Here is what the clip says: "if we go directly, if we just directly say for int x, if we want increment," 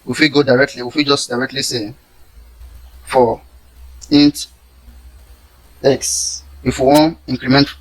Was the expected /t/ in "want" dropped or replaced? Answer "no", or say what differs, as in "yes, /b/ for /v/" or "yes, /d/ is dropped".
yes, /t/ is dropped